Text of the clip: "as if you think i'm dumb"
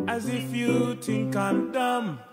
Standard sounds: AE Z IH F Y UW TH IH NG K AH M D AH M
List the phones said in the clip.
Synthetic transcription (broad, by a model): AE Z IH F Y UW T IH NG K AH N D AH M